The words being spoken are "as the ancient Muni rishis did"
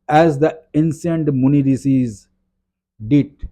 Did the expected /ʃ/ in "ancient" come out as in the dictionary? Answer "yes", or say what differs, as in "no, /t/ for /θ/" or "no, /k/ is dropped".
no, /s/ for /ʃ/